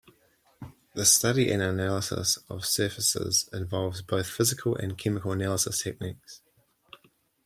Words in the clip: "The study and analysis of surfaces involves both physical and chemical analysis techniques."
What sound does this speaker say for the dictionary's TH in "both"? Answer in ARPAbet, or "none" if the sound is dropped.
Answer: TH